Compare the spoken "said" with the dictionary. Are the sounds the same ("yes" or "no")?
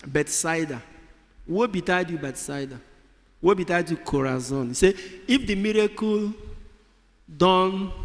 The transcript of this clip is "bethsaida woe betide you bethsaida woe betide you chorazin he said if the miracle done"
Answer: no